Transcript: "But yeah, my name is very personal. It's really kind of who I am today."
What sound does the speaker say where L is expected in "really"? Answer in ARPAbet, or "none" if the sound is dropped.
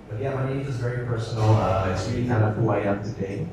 none